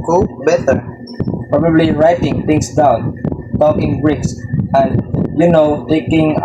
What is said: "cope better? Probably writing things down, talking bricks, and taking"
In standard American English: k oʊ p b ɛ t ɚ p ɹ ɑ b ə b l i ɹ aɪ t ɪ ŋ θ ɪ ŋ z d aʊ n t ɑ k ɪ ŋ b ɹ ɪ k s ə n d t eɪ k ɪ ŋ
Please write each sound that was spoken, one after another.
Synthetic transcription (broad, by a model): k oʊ b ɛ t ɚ p ɹ ɑ b ə b l i ɹ aɪ t ɪ ŋ t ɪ ŋ s d aʊ n t ɑ k ɪ ŋ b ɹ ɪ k s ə n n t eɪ k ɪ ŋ